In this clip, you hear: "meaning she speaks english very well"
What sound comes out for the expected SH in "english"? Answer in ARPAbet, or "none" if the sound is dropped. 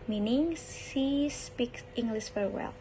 S